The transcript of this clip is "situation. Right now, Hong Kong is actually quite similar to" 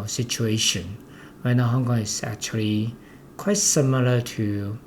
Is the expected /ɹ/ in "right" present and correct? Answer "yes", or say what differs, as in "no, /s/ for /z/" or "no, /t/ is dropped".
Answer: no, /w/ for /ɹ/